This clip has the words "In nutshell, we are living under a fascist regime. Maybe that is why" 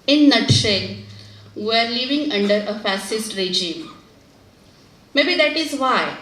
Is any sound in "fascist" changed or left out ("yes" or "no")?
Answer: yes